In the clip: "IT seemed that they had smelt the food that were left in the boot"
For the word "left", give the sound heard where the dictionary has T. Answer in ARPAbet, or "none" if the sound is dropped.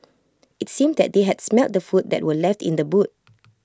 T